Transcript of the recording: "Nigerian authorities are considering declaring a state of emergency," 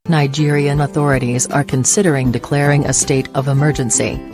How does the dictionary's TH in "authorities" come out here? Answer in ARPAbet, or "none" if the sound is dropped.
TH